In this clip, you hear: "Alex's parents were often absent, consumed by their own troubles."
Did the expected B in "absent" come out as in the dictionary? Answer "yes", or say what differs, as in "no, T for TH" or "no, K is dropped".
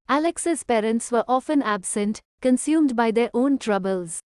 yes